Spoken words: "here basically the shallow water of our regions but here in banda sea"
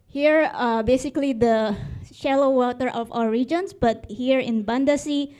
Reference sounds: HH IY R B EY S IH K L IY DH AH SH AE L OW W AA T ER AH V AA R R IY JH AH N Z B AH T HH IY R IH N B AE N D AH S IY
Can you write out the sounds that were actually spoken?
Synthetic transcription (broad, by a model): HH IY R B EY S IH K L IY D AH SH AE L OW W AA T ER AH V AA L R IY JH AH N S B AH T HH IY R IH N B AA N D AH S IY